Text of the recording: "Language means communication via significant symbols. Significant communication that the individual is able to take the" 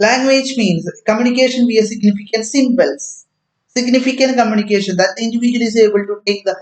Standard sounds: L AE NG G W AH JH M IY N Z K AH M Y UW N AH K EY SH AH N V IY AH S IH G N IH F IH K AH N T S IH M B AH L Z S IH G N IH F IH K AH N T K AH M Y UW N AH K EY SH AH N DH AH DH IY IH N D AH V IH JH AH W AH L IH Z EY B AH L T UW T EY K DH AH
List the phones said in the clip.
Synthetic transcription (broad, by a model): L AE NG G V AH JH M IY N S K AH M Y UW N AH K EY SH AH N B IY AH S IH G N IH F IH K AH N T S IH M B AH L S S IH G N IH F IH K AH N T K AH M Y UW N AH K EY SH AH N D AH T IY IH N D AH V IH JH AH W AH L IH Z EY B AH L T UW T EY K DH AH